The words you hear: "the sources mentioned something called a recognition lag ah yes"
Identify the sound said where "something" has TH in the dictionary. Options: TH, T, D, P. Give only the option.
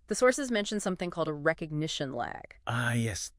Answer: TH